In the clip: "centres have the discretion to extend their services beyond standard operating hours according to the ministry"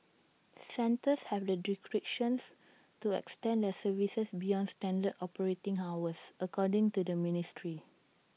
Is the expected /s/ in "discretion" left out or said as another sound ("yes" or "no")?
yes